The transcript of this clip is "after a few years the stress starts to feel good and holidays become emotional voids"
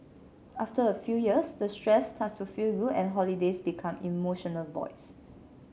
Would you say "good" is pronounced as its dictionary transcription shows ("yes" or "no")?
no